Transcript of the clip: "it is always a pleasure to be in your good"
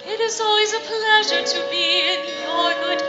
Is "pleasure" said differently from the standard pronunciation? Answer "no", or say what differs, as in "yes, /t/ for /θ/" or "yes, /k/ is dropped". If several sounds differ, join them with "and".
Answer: no